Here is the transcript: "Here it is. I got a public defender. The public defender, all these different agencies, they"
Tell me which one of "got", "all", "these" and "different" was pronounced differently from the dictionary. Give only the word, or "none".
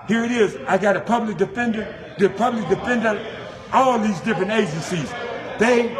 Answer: none